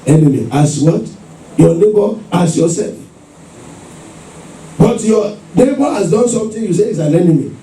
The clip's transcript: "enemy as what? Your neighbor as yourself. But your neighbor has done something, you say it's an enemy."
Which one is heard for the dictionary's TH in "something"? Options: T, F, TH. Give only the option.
T